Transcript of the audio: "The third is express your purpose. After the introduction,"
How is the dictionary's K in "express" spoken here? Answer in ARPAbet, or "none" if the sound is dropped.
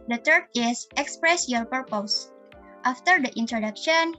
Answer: K